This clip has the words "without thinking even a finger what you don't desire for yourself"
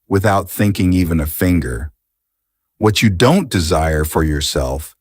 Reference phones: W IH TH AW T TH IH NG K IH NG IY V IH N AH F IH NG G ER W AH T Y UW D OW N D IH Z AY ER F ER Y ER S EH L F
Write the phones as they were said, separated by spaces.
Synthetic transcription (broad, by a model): W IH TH AW T TH IH NG K IH NG IY V IH N AH F IH NG G ER W AH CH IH D OW N D IH Z AY ER F ER Y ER S EH L F